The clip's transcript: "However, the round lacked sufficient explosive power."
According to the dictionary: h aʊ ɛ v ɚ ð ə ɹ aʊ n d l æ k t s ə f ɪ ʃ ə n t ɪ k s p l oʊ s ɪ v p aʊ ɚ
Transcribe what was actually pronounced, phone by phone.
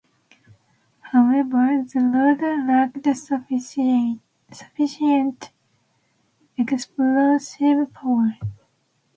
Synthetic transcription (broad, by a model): h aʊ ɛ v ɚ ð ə l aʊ d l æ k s s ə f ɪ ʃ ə n t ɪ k s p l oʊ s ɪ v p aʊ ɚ